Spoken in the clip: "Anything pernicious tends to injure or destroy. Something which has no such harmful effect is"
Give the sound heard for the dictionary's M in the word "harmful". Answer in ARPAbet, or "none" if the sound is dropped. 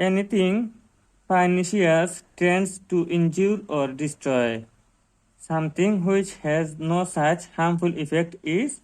M